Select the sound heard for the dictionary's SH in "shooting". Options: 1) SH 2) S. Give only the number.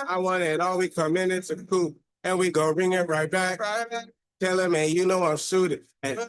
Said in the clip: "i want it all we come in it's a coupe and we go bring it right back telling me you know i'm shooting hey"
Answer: 2